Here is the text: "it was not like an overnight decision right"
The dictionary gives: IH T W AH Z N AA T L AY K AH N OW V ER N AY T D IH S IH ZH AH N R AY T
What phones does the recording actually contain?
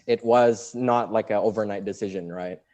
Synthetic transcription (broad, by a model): IH T W AH Z N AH T L AY K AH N OW V ER N AY T D IH S IH ZH AH N R AY T